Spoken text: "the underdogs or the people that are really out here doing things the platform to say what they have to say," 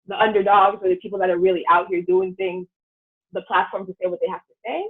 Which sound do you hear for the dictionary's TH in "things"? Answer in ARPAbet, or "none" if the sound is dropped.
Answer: TH